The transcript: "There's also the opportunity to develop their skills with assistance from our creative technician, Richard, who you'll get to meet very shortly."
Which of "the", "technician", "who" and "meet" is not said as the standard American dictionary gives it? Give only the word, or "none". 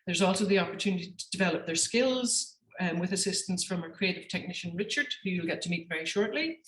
none